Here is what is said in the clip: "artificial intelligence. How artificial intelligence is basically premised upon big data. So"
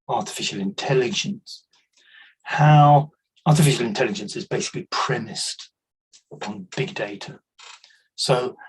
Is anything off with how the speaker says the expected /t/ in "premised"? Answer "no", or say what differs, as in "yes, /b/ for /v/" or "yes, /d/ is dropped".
no